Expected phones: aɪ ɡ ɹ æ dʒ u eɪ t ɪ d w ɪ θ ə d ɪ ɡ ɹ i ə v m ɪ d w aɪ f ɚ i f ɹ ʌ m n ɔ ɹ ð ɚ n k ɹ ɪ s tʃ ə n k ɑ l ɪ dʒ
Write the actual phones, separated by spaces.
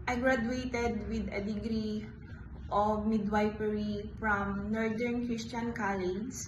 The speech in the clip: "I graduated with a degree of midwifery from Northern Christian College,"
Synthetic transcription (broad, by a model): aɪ ɡ ɹ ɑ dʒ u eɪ t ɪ d w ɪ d ə d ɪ ɡ ɹ i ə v m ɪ d w aɪ p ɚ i f ɹ ʌ m n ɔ ɹ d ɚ n k ɹ ɪ s tʃ ə n k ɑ l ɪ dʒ